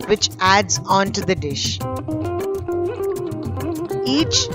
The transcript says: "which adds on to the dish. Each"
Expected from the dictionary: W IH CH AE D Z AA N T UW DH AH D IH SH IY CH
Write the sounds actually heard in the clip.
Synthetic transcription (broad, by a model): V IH CH AE D Z AA N T UW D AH D IH SH IY CH